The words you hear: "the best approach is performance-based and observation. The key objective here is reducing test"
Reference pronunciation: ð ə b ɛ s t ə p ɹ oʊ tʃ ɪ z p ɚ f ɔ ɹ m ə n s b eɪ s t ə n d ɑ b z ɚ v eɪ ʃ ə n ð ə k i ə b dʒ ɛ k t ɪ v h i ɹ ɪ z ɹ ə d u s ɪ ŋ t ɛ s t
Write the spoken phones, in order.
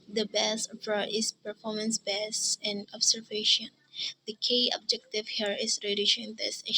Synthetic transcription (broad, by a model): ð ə b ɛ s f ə ɹ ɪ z p ɚ f ɔ ɹ m ə n s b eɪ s ə n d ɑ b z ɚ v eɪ ʃ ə n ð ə k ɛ ə b dʒ ɛ k t ɪ v h i ɹ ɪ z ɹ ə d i ʃ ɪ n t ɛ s